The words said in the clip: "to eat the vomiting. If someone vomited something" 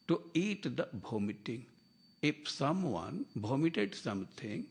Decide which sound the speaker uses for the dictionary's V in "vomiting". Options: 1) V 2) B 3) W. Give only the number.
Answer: 2